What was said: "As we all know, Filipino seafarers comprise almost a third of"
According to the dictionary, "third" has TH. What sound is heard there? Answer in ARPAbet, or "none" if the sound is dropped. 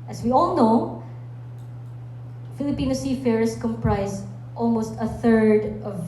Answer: TH